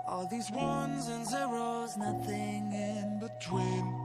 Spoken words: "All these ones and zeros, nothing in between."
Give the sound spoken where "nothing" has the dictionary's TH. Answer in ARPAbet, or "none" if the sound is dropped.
TH